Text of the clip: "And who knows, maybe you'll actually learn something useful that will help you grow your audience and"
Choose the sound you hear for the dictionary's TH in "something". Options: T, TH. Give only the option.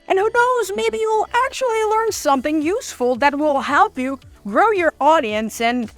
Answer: TH